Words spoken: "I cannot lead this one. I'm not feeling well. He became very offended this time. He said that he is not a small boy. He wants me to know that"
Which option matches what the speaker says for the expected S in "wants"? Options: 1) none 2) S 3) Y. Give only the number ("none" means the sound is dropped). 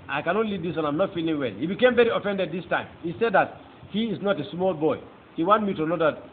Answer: 1